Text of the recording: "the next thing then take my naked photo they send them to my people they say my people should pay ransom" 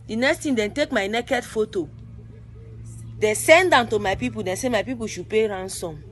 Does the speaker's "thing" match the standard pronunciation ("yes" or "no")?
no